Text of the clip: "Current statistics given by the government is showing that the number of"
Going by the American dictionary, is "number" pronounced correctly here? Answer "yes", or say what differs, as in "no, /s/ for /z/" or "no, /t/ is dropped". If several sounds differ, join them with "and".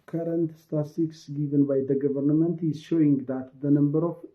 yes